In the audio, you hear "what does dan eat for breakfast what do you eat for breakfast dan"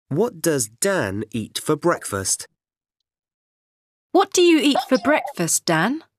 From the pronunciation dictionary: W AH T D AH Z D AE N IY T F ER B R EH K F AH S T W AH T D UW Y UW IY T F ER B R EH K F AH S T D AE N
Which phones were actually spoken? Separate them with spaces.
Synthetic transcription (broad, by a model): W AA T D AH Z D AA N IY T F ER B R EH K F AH S T W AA T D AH Y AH IY T F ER B R EH K F AH S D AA N